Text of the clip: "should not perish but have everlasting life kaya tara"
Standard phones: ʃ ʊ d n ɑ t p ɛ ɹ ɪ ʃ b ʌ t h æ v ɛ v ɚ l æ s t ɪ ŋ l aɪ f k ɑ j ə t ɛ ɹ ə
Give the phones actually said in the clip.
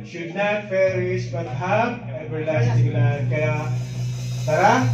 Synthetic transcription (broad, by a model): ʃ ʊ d n ɑ t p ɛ ɹ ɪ s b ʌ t h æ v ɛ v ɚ l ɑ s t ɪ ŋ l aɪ k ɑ j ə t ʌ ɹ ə